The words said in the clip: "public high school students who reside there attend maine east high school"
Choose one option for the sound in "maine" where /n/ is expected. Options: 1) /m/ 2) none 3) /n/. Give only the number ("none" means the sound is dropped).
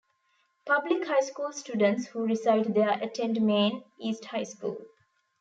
3